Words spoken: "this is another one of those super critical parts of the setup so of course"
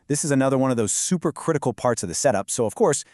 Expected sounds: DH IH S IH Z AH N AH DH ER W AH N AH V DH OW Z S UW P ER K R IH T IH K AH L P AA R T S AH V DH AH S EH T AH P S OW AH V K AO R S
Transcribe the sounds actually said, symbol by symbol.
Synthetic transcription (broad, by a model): DH IH S IH Z AH N AH DH ER W AH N AH V DH OW Z S UW P ER K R IH T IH K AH L P AA R T S AH V DH AH S EH T AH P S OW AH V K AO R S